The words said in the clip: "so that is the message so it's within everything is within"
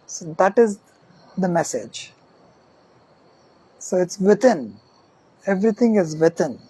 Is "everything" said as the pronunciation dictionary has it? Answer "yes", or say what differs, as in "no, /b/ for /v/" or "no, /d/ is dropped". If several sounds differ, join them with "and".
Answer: no, /t/ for /θ/